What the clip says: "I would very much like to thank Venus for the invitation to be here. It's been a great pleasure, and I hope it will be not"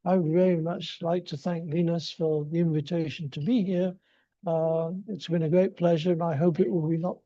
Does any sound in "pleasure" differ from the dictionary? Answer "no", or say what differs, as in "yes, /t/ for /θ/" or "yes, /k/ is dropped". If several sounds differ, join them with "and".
no